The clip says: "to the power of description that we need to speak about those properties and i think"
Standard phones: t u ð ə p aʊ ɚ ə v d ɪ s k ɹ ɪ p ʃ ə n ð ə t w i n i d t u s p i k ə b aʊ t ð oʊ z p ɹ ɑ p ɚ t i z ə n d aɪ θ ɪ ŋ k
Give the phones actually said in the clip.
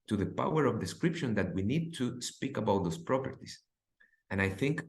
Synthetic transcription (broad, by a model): t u ð ə p aʊ ɚ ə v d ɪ s k ɹ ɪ p ʃ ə n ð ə t w i n i d t u s p i k ə b aʊ t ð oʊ s p ɹ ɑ p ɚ t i s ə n aɪ θ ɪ ŋ k